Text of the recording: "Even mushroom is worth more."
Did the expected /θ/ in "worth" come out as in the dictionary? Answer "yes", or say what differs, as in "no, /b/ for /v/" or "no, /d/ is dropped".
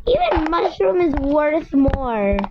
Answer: yes